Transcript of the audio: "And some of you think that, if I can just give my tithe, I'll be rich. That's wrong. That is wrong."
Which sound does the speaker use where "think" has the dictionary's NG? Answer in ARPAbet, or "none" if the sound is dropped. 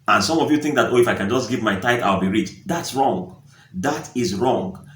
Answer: NG